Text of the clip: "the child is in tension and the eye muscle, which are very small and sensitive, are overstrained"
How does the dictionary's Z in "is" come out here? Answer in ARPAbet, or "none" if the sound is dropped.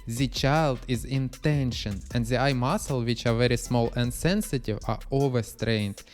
Z